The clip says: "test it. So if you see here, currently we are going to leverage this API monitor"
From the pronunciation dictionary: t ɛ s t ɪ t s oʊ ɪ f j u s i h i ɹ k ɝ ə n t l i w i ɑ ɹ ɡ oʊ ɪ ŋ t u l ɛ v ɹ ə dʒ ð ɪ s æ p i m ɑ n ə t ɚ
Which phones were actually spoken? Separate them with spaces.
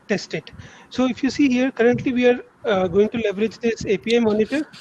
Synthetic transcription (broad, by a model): t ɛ s t ɪ t s oʊ ɪ f j u s i h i ɹ k ɝ ə n t l i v i ɑ ɹ ɡ oʊ ɪ ŋ t u l ɛ v ɹ ə dʒ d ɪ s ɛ p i m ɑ n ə t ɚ